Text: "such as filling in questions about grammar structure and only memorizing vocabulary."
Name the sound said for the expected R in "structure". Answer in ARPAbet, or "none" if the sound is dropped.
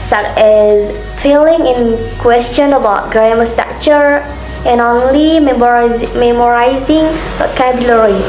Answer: none